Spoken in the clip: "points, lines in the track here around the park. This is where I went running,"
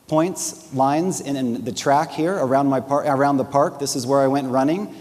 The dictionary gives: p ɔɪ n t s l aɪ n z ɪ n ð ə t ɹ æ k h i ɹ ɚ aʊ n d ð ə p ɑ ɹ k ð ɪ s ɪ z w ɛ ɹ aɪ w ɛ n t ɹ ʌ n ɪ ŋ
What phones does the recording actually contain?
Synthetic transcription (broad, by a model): p ɔɪ n t s l aɪ n z ɪ n ð ə t ɹ æ k h i ɹ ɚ aʊ n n ð ə p ɑ ɹ k ð ɪ s ɪ z w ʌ ɹ aɪ w ɛ n t ɹ ʌ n ɪ ŋ